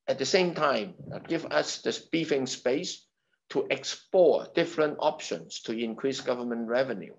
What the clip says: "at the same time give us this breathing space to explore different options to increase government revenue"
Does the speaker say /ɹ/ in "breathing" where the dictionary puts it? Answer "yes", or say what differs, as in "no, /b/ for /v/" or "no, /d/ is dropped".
no, /ɹ/ is dropped